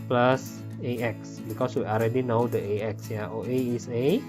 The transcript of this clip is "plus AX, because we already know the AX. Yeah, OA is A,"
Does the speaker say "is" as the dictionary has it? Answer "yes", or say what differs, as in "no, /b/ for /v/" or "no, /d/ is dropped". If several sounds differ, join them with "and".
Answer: no, /s/ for /z/